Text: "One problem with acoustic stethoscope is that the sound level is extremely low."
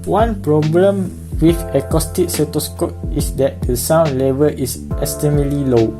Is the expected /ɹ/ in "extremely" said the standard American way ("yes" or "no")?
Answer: no